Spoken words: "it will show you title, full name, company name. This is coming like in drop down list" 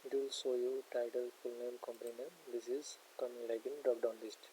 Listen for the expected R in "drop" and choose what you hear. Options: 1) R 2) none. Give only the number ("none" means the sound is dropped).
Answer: 2